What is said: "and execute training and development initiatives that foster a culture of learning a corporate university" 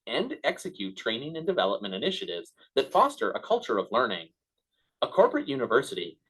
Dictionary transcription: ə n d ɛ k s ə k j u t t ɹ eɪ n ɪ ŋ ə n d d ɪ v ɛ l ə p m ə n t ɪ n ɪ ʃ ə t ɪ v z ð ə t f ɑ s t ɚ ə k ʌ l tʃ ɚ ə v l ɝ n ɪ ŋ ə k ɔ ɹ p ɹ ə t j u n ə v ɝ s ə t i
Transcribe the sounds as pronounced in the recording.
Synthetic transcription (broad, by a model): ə n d ɛ k s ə k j u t t ɹ eɪ n ɪ ŋ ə n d d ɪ v ɛ l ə p m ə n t ɪ n ɪ ʃ ə t ɪ v z ð ə t f ɑ s t ɚ ə k ʌ l tʃ ɚ ə v l ɝ n ɪ ŋ ə k ɔ ɹ p ɹ ə t j u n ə v ɝ s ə t i